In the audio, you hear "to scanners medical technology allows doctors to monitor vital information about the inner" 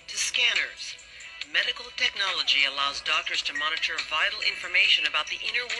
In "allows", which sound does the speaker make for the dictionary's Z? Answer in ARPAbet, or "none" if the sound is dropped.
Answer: Z